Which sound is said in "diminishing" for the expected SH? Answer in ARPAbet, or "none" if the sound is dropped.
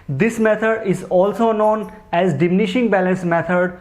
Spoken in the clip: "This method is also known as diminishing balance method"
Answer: SH